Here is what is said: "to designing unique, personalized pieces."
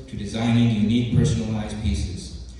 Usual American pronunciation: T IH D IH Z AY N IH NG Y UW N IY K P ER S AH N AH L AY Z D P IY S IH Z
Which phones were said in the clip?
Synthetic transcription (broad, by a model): T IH D IH Z AY N IH NG Y UW N IY K P ER S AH N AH L AY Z P IY S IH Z